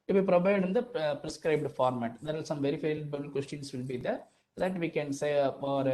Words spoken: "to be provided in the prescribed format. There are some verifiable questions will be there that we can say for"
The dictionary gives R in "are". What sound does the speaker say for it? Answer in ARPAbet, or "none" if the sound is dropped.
L